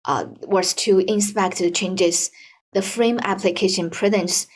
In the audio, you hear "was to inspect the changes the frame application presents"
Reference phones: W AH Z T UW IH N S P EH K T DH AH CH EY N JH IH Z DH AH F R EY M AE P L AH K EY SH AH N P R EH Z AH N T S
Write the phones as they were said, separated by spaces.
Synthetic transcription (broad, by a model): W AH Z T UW IH N S P EH K T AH CH EY N JH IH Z DH AH F R EY M AE P L AH K EY SH AH N P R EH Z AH N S